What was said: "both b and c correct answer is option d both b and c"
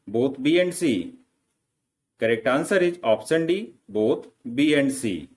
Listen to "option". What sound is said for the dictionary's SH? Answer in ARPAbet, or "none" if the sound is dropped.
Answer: S